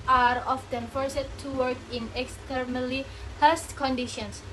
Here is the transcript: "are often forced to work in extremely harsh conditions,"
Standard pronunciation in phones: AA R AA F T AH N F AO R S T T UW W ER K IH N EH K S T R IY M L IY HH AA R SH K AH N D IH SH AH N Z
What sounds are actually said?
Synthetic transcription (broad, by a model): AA R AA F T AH N F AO R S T T UW W ER K IH N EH K S T R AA L IY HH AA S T K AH N D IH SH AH N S